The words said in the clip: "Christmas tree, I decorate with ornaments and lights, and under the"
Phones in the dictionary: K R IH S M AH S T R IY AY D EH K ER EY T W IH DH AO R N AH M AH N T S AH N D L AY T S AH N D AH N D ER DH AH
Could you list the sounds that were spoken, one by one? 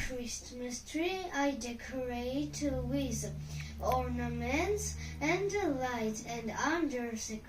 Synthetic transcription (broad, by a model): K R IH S M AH S T R IY AY D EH K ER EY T W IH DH AO R N AH M AH N T S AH N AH L AY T AH N D AH N D ER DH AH